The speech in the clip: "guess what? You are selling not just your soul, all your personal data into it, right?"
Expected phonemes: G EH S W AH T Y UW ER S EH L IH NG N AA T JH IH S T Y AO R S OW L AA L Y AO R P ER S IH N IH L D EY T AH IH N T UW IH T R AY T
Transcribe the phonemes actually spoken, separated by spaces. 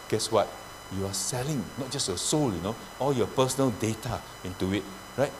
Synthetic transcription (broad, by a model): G EH S W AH T Y UW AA S EH L IH NG N AA T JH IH S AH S AO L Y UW N AA L Y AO P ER S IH N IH L D EY T AH IH N T UW IH T R AY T